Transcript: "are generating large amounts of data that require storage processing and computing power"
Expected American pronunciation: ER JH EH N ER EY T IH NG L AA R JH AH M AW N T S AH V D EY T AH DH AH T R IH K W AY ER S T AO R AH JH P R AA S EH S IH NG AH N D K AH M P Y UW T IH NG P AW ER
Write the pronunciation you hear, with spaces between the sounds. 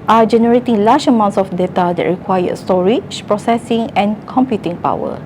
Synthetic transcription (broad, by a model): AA JH EH N ER EY T IH NG L AA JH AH M AW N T S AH F D EY T AH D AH T R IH K W AY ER S T AO R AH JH P R AA S EH S IH NG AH N K AH M P Y UW T IH NG P AW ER